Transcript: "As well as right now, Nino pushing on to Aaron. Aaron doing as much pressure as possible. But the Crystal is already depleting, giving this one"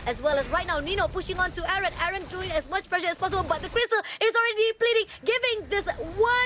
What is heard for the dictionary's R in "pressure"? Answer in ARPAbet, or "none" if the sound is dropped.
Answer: L